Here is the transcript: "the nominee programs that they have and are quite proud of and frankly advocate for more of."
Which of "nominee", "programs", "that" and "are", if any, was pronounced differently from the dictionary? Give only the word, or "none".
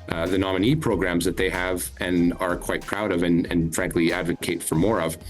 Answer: none